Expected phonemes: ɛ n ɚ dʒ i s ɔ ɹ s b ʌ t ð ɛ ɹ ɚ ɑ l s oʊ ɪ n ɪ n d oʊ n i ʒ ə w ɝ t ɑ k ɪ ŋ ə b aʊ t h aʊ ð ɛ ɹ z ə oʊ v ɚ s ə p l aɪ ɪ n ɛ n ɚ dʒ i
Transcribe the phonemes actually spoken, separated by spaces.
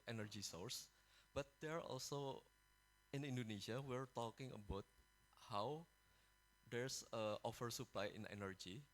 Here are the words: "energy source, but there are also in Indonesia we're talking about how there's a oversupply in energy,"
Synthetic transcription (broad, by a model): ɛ n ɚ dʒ i s ɔ ɹ s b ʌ t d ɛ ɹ ɑ l s oʊ ɪ n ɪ n d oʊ n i ʃ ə w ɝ t ɑ k ɪ ŋ ə b aʊ t h aʊ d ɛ ɹ s ə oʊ f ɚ s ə p l aɪ ɪ n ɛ n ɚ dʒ i